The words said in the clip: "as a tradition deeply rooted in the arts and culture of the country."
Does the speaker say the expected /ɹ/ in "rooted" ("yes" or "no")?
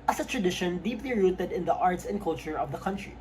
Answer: yes